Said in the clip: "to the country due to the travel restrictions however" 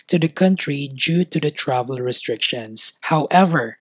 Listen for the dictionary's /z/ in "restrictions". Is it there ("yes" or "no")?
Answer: no